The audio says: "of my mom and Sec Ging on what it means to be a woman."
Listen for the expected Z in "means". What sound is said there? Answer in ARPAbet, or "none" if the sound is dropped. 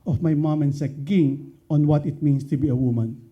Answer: S